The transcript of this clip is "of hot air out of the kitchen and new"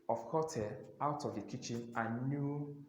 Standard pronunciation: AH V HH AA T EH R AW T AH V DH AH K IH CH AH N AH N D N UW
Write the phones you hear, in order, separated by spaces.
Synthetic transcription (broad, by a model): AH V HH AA T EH L AW T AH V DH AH K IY CH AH N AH N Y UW